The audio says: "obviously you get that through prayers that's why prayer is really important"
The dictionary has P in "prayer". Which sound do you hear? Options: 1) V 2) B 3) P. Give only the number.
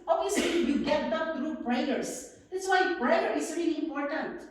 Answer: 2